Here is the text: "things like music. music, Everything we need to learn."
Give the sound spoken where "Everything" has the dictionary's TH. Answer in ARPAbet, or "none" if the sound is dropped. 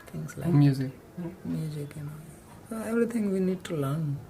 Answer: T